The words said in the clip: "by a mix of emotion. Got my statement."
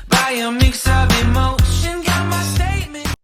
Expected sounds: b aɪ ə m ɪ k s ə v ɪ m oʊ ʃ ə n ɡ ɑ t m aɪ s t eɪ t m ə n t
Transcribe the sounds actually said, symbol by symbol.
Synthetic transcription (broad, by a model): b aɪ ə m ɪ k s ə v ɪ m oʊ ʃ ə n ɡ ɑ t m aɪ s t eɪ t m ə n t